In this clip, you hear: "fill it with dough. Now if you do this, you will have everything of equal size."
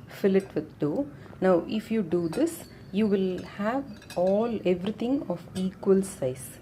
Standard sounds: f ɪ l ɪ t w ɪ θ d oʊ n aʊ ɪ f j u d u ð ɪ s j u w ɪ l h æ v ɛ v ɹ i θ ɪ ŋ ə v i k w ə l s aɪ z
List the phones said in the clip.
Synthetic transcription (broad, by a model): f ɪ l ɪ t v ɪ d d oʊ n aʊ ɪ f j u d u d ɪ s j u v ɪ l h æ v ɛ v ɹ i t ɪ ŋ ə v i k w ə l s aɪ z